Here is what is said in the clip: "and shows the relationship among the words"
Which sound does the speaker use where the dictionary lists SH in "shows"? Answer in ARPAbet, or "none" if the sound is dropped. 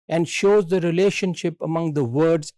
SH